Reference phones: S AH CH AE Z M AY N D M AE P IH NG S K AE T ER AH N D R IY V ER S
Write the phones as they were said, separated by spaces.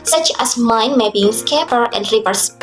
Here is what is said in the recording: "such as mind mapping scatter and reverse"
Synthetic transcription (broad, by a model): S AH CH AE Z M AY N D M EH B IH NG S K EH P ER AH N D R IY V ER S